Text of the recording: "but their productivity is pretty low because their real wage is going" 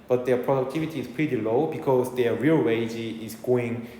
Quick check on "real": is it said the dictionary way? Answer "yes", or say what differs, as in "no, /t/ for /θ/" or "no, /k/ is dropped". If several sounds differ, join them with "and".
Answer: yes